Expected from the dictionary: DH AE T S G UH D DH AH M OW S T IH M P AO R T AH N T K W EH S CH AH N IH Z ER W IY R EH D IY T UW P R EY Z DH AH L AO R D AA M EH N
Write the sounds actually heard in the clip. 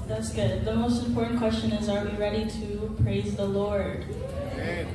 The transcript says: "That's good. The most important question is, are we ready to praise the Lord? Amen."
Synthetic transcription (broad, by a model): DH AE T S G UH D DH AH M OW S T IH M P AO R T N K W EH S CH AH N IH Z ER W IY R EH D IY T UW P R EY Z DH AH L AO R D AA